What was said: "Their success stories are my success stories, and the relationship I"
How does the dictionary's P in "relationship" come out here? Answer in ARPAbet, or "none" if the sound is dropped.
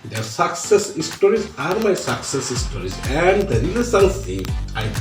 none